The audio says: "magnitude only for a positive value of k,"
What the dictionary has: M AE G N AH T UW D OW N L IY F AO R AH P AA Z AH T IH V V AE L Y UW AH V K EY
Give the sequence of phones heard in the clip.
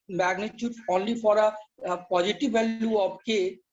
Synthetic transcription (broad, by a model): M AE G N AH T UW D OW N L IY F AO R AH P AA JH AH T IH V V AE L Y UW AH B K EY